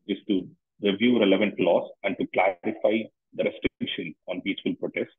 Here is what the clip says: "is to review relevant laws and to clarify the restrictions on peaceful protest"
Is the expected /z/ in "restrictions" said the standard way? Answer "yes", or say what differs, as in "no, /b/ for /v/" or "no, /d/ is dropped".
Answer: no, /z/ is dropped